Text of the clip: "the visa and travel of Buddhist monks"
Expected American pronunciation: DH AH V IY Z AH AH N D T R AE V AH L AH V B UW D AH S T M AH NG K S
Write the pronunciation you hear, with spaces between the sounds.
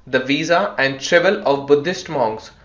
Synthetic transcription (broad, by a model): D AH V IY Z AH AH N D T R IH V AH L AH V B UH D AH S T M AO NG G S